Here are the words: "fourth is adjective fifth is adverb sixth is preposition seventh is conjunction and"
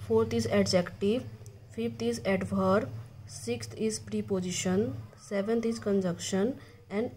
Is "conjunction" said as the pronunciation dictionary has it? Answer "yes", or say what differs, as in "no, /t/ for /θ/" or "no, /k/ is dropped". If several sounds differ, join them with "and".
no, /ŋ/ is dropped